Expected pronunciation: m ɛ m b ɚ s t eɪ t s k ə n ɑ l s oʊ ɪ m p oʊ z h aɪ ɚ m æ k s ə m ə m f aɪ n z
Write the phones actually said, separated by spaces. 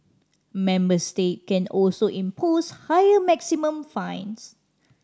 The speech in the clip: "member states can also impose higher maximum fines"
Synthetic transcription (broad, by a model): m ɛ m b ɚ s t eɪ t k ə n ɑ l s oʊ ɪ m p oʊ s h aɪ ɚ m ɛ k s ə m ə m f aɪ n s